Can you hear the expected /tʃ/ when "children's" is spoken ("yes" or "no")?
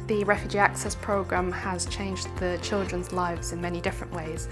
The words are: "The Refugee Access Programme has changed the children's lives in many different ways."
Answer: yes